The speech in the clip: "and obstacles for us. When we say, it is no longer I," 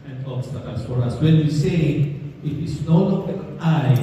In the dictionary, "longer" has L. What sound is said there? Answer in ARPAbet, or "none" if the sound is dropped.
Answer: N